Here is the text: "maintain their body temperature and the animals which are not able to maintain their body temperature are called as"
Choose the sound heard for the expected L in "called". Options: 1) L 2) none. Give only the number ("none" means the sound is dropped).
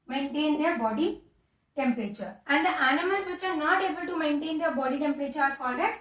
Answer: 2